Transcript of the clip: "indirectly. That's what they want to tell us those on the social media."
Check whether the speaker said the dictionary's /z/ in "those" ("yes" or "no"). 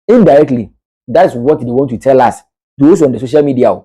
no